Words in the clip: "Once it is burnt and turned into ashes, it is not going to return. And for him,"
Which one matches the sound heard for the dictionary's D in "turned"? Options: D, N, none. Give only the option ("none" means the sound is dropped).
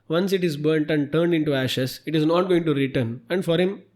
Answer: D